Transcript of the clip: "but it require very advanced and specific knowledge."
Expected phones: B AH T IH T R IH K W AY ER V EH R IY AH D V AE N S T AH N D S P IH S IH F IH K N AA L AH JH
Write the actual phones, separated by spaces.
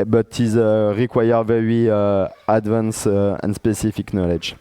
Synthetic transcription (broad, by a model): B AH T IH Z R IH K W AY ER V EH R IY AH D V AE N S AH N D S P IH S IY F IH K N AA L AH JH